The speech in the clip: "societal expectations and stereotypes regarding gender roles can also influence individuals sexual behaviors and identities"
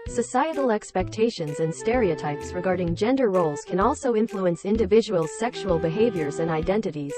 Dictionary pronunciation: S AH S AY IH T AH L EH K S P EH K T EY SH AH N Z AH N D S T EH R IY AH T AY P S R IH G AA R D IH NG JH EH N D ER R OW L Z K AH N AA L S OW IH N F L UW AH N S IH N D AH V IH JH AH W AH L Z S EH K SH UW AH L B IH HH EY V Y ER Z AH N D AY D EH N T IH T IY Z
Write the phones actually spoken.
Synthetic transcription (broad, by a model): S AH S AY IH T L EH K S P EH K T EY SH AH N Z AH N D S T EH R IY AH T AY P S R IH G AA R D IH NG JH EH N D ER R OW L Z K AH N AA L S OW IH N F L UW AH N S IH N D AH V IH JH AH W AH L Z S EH K SH UW AH L B IH HH EY V Y ER Z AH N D AY D EH N T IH T IY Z